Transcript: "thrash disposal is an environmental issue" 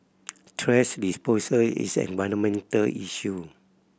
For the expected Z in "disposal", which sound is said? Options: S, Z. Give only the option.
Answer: S